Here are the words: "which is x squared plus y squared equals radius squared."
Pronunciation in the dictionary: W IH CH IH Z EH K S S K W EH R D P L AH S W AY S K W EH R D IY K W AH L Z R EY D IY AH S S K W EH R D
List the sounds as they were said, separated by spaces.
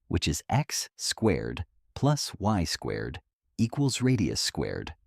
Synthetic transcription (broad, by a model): W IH CH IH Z EH K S S K W EH R D P L AH S W AY S K W EH R D IY K W AH L Z R EY D IY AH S S K W EH R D